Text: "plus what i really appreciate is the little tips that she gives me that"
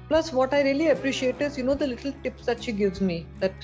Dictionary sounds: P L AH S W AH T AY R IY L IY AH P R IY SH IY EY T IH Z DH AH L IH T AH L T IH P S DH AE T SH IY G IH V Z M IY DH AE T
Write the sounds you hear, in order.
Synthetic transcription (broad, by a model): P L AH S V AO T AY R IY L IY AH P R IY SH IY EY T IH Z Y AH L IH T AH L T IH P S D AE T SH IY G IH V Z M IY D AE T